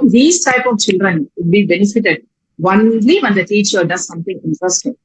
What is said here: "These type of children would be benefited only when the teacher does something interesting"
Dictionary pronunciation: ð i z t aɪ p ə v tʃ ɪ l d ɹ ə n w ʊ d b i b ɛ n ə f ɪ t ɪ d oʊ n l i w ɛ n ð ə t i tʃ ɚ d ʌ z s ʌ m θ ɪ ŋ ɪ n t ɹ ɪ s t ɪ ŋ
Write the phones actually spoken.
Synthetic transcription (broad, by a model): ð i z t aɪ p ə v tʃ ɪ l d ɹ ə n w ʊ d b i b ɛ n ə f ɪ t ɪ d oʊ n l i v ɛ n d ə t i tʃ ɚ d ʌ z s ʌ m t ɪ ŋ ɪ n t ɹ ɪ s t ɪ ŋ